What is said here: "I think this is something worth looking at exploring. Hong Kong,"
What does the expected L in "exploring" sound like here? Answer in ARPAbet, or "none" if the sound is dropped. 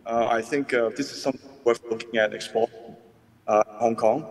none